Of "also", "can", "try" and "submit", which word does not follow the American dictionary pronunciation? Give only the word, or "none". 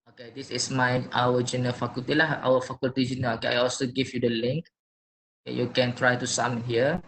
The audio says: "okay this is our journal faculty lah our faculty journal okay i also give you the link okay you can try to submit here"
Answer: submit